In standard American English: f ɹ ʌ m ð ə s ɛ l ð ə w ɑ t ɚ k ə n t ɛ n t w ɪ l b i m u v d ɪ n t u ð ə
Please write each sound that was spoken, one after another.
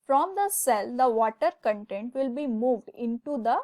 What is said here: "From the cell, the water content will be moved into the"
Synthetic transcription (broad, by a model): f ɹ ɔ m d ə s ɛ l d ə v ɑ t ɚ k ə n t ɛ n t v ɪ l b i m u v d ɪ n t u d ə